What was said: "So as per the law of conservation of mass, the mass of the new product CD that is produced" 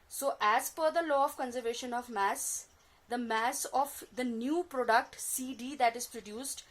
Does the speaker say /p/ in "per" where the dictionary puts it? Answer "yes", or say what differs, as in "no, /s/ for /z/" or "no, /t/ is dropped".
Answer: no, /f/ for /p/